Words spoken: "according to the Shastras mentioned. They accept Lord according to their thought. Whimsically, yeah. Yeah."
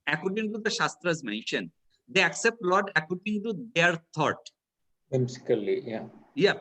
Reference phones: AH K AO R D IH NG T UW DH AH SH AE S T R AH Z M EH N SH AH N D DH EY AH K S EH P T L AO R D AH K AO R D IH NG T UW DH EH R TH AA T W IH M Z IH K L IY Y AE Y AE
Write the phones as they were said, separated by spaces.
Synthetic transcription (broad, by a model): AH K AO R D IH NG T UW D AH SH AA S T R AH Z M EH N SH AH N D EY AH K S EH P T L AO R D AH K AO R D IH NG T UW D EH R T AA T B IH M S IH K L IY Y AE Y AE